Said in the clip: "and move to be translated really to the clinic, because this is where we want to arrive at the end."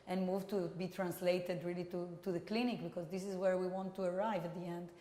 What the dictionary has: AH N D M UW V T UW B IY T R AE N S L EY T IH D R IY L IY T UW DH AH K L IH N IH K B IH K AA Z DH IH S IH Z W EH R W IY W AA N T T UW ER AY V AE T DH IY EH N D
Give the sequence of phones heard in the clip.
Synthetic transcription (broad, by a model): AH N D M UW V T UW B IY T R AE N S L EY T IH D R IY L IY T UW DH AH K L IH N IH K B IH K AA Z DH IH S IH Z W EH R W IY W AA N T T UW ER AY V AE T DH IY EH N D